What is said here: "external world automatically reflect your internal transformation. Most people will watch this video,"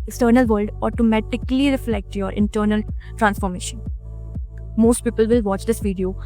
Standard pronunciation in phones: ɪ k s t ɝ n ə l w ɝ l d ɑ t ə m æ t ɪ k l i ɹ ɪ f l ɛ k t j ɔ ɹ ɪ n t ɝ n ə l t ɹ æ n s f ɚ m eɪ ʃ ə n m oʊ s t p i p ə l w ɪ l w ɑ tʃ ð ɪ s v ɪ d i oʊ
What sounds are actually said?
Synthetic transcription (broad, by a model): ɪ k s t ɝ n ə l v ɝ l d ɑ t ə m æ t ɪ k l i ɹ ɪ f l ɛ k t j ɔ ɹ ɪ n t ɝ n ə l t ɹ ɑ n s f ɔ m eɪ ʃ ə n m oʊ s t p i p ə l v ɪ l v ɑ tʃ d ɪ s v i d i oʊ